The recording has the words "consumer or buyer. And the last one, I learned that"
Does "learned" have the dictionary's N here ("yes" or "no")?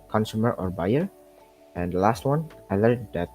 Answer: no